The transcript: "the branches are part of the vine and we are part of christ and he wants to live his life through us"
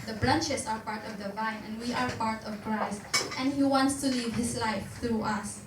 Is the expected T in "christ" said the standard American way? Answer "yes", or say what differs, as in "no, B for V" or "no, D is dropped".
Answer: yes